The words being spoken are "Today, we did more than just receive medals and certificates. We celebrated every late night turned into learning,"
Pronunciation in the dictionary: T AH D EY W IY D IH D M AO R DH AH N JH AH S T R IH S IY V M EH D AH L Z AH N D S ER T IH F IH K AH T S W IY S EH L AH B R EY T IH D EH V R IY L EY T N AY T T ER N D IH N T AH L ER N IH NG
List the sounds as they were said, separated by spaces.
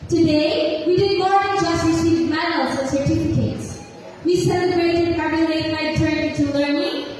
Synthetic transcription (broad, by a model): T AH D EY W IY D IH D M AO R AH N JH AH S T R IH S IY V M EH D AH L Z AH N S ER T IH F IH K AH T S W IY S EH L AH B R EY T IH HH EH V IY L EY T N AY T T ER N IH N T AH L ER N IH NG